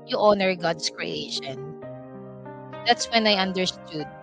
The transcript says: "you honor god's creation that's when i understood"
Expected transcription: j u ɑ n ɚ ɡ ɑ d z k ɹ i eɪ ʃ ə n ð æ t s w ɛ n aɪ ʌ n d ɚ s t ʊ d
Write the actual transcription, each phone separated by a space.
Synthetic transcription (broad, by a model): j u ɑ n ɚ ɡ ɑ d s k ɹ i eɪ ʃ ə n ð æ t s w ɛ n aɪ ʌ n d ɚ s t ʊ d